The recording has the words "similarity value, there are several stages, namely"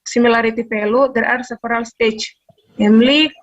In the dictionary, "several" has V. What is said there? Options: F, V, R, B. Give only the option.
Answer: F